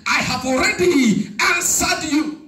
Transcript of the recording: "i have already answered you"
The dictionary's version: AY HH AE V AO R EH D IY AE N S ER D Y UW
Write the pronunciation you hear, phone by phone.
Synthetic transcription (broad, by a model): AY HH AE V AO R EH D IY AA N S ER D Y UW